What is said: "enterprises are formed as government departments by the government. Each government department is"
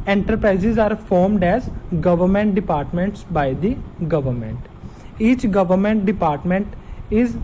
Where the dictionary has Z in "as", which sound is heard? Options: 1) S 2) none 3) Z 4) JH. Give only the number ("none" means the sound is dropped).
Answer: 3